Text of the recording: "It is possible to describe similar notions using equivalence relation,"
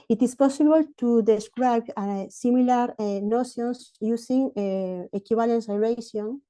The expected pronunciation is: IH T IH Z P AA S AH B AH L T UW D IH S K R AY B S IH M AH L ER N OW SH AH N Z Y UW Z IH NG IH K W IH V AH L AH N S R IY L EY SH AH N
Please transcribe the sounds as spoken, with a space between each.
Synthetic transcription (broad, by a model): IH T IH S P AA S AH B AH L T UW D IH S K R AY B S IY M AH L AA N OW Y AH N S Y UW S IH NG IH K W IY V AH L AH N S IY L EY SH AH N